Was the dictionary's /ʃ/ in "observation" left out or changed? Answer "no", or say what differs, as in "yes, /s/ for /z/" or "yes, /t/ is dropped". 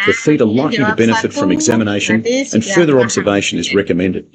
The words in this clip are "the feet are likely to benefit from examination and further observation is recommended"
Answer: no